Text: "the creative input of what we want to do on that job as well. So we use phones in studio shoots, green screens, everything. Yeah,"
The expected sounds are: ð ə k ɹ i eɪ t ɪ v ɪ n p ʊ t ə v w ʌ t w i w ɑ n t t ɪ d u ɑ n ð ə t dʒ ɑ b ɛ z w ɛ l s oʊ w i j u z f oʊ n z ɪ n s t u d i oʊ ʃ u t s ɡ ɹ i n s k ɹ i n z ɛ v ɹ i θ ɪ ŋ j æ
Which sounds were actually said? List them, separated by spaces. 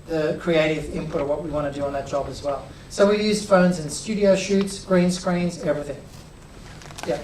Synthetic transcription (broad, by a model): ð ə k ɹ i eɪ t ɪ v ɪ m p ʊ t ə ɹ w ʌ t w i w ɑ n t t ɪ d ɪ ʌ n ð ə t dʒ ɑ b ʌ z w ɛ l s oʊ w i j u z f oʊ n z ɪ n s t u d i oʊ ʃ u t s ɡ ɹ i n s k ɹ i n z ɛ v ɹ i θ ɪ ŋ j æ